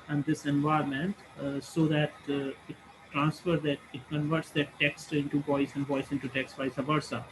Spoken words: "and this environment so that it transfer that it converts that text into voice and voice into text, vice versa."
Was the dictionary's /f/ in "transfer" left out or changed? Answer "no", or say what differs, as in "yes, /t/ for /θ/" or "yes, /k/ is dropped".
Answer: no